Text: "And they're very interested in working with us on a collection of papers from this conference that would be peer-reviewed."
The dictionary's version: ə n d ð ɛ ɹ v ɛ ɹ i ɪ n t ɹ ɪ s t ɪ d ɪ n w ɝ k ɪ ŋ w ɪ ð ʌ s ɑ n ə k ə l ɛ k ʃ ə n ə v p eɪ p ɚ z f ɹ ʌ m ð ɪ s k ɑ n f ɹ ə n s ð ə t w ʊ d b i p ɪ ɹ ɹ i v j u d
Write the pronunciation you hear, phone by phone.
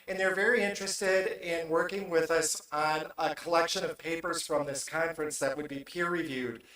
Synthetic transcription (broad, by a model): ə n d ð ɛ ɹ v ɛ ɹ i ɪ n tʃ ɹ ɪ s t ɪ d ɪ n w ɝ k ɪ ŋ w ɪ ð ʌ s n ə k ə l ɛ k ʃ ə n ə v p eɪ p ɚ z f ɹ ʌ m ð ɪ s k ɑ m f ɹ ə n s ð ə t w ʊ d b i p ɪ ɹ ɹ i v j u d